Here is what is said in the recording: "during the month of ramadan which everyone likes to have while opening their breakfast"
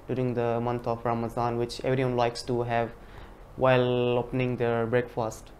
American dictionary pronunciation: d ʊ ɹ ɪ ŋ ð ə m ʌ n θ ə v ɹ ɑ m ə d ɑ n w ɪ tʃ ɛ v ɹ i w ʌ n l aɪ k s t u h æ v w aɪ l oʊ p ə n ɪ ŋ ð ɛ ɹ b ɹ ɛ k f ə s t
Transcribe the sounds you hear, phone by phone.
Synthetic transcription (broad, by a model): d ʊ ɹ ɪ ŋ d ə m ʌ n t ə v ɹ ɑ m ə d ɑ n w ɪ tʃ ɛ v ɹ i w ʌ n l aɪ k s t u h æ v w aɪ l oʊ p ə n ɪ ŋ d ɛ ɹ b ɹ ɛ k f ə s t